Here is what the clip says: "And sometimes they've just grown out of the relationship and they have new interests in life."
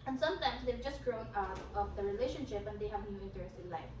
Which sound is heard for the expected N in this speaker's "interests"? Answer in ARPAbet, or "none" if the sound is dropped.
none